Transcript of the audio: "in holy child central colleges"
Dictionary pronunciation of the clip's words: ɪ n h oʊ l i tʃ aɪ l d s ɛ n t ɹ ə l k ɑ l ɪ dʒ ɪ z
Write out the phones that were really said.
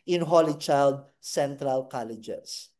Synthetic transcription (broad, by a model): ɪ n h oʊ l i tʃ aɪ l d s ɛ n t ɹ ə l k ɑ l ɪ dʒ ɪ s